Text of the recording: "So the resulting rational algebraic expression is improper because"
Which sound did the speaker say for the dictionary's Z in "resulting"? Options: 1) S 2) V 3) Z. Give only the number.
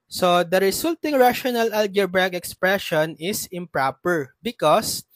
1